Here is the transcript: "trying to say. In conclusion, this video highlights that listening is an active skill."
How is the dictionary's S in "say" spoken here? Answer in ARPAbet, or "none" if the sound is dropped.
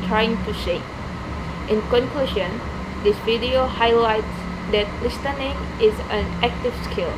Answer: SH